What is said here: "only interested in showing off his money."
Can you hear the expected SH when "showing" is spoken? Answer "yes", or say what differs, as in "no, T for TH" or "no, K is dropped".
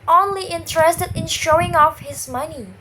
yes